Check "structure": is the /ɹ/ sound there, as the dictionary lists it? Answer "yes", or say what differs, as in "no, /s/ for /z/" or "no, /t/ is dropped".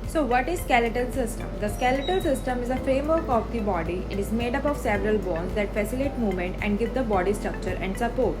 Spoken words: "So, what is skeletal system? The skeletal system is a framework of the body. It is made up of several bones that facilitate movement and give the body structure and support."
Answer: yes